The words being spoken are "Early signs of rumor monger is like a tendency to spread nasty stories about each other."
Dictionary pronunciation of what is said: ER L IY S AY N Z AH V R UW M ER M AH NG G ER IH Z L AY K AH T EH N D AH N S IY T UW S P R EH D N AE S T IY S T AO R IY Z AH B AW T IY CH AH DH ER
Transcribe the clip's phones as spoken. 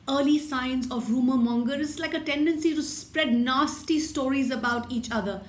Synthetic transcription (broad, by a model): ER L IY S AY N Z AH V R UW M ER M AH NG G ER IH S L AY K AH T EH N D AH N S IY T UW S P R EH D N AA S T IY S T AO R IY Z AH B AW T IY CH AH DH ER